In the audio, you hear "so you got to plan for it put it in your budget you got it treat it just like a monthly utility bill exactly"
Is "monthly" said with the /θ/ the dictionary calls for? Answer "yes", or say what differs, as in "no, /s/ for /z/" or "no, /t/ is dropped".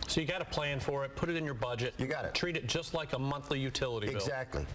yes